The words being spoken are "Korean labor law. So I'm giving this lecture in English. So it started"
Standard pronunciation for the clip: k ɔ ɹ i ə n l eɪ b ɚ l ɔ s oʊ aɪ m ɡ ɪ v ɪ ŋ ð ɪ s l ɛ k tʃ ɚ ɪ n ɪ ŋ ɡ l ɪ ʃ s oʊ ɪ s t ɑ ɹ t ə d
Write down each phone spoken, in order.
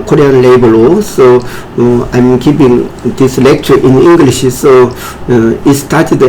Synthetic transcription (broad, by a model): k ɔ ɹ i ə n l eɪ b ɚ l ɔ s oʊ aɪ m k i p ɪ ŋ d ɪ s l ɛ k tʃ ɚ ɪ n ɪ ŋ ɡ l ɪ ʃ s oʊ ɪ s t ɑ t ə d